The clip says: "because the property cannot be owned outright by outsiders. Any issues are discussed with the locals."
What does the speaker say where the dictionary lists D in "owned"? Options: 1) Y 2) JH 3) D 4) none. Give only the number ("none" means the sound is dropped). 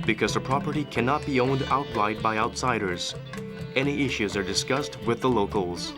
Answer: 3